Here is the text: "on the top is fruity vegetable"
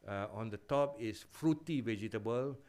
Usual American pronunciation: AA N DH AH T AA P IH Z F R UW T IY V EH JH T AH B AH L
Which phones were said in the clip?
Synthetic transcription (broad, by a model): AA N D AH T AA P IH S F R UW T IY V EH JH T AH B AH L